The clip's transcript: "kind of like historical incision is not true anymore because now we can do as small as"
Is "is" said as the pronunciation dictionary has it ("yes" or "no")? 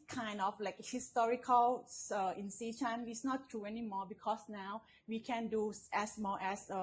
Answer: no